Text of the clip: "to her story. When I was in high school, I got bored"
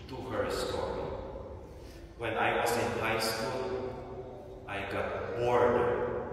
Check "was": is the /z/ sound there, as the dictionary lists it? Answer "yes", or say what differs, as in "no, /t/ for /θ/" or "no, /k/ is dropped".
no, /s/ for /z/